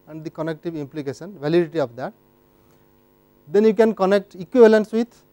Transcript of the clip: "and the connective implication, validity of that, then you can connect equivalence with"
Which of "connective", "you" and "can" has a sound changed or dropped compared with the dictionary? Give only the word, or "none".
none